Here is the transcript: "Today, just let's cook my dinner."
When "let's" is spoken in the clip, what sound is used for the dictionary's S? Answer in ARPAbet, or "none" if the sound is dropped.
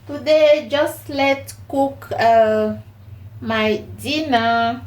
none